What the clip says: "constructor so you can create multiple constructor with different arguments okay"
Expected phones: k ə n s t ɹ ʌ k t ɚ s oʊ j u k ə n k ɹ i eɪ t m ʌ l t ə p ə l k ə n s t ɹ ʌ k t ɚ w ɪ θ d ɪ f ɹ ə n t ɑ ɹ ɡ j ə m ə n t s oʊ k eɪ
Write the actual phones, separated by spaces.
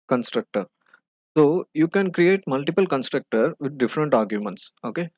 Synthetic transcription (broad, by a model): k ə n s t ɹ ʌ k t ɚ s oʊ j u k ə n k ɹ i eɪ t m ʌ l t ə p ə l k ə n s t ɹ ʌ k t ɚ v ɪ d d ɪ f ɹ ə n t ɑ ɹ ɡ j ə m ə n t s oʊ k eɪ